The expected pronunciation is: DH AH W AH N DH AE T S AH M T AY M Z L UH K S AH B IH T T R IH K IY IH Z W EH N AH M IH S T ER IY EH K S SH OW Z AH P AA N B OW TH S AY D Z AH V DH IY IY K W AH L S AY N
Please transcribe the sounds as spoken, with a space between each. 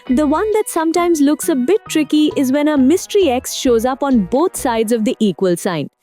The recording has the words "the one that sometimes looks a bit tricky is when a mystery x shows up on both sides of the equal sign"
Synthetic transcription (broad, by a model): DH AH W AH N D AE T S AH M T AY M Z L UH K S AH B IH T T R IH K IY IH Z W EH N AH M IH S T ER IY EH K S SH OW Z AH P AA N B OW T S AY D Z AH V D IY IY K W AH L S AY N